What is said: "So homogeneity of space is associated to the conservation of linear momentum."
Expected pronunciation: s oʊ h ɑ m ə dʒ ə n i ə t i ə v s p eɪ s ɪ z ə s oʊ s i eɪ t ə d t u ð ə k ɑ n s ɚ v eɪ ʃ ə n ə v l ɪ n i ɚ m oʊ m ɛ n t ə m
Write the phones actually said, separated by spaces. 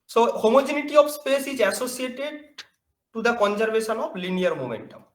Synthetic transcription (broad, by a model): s oʊ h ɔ m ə dʒ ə n i t i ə b s p eɪ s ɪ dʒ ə s oʊ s i eɪ t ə d t u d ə k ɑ n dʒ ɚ b eɪ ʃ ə n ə b l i n i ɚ m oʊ m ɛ n t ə m